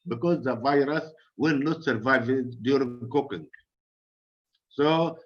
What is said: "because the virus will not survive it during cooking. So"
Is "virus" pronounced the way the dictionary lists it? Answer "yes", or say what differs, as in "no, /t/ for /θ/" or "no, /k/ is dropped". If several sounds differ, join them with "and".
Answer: yes